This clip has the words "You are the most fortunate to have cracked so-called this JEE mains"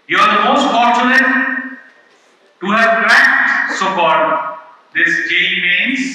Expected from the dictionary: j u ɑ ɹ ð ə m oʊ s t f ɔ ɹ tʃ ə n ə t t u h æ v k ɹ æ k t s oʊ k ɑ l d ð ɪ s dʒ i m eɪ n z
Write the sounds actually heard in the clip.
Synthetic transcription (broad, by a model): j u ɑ ɹ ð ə m oʊ s t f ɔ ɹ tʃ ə l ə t t u h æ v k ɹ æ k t s oʊ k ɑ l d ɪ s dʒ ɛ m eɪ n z